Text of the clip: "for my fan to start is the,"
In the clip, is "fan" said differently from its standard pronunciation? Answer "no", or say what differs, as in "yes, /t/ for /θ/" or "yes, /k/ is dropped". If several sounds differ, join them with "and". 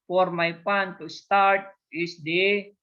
yes, /p/ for /f/